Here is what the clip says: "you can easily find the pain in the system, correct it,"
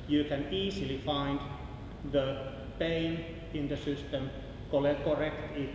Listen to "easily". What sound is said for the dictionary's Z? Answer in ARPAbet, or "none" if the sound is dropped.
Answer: S